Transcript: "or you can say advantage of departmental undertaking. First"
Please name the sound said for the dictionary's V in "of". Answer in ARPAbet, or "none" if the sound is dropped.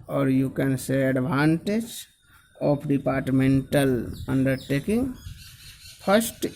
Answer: P